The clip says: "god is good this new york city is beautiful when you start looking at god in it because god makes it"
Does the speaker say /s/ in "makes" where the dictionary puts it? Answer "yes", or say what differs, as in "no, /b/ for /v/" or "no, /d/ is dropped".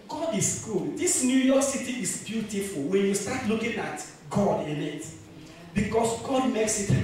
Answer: yes